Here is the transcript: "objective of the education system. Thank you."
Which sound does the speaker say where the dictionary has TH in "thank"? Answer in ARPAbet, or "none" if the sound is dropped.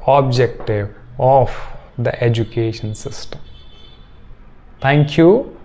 T